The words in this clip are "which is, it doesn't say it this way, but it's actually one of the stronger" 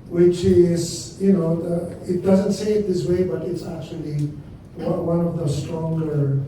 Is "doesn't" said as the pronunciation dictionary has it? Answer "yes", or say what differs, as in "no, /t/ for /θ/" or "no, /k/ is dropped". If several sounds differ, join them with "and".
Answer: yes